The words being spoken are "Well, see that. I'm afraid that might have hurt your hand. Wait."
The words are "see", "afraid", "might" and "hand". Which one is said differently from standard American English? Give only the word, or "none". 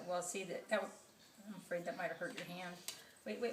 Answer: none